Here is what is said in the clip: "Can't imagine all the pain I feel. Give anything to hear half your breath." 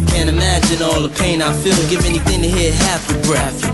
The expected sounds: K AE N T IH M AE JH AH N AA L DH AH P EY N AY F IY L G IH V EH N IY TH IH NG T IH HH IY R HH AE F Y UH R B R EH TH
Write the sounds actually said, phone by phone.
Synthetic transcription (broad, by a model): K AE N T IH M AE JH AH N AA L DH AH P EY N AY F IY L G IH V EH N IY TH IH NG T IH HH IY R HH AE F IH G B R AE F